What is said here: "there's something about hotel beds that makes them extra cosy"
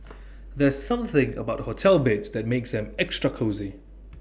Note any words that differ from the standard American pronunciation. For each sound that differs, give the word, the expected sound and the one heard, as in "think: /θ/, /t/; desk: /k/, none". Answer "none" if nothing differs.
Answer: none